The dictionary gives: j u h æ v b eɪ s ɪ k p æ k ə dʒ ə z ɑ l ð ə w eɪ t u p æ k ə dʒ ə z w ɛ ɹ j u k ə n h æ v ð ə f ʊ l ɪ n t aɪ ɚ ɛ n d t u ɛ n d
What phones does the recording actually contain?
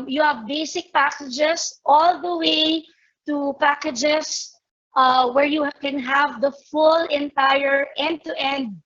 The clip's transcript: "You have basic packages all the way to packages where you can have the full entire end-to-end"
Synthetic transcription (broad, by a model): j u h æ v b eɪ s ɪ k p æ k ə dʒ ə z ɑ l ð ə w eɪ t u p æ k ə dʒ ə s w ɛ ɹ j u k ə n h æ v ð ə f ʊ l ɪ n t aɪ ɚ ɛ n d t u ɛ n d